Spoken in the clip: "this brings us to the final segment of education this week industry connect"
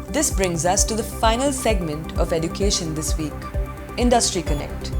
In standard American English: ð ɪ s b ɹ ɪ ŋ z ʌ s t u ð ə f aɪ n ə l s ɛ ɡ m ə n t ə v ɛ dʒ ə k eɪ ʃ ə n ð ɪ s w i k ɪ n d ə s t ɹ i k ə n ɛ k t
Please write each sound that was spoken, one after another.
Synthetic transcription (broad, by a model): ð ɪ s b ɹ ɪ ŋ z ʌ s t u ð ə f aɪ n ə l s ɛ ɡ m ə n t ə v ɛ dʒ ə k eɪ ʃ ə n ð ɪ s w i k ɪ n d ə s t ɹ i k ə n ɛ k t